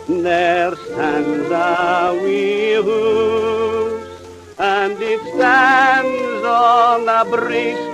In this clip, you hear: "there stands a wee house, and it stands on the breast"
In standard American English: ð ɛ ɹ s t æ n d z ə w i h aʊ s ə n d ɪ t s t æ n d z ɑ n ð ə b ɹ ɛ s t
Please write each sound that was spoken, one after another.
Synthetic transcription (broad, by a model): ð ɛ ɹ s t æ n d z ə w i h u ə n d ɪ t s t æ n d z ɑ n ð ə b ɹ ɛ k